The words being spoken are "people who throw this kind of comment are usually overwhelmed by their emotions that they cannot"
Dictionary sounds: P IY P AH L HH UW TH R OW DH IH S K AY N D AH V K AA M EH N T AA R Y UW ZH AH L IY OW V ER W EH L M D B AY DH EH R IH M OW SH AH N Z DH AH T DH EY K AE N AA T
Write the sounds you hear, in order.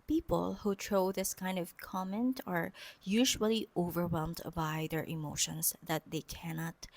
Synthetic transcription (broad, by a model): P IY P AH L HH UW T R OW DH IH S K AY N D AH V K AA M EH N T AA R Y UW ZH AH L IY OW V ER W EH L M D B AY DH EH R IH M OW SH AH N S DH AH T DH EY K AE N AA T